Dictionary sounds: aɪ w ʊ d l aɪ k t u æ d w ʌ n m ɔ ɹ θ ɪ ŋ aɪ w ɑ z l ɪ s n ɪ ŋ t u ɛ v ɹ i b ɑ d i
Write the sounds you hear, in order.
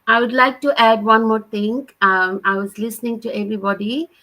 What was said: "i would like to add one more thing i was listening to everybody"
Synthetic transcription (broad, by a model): aɪ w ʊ d l aɪ k t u æ d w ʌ n m ɔ ɹ t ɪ ŋ aɪ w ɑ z l ɪ s n ɪ ŋ t u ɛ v ɹ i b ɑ d i